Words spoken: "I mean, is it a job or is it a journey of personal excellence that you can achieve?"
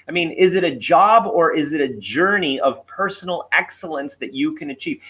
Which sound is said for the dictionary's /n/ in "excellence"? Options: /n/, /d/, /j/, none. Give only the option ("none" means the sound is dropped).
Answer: /n/